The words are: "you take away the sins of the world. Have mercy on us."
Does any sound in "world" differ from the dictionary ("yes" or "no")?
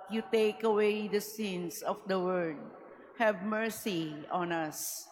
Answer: yes